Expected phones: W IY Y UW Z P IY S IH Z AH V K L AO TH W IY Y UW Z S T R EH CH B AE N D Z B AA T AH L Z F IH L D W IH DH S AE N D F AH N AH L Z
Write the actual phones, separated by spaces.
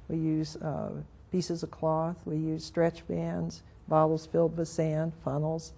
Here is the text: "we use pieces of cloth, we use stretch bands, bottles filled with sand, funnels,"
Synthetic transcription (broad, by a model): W IY Y UW Z P IY S IH Z AH V K L AO TH W IY Y UW Z S T R EH CH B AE N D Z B AA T L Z F IH L D W IH DH S AE N D F AH N L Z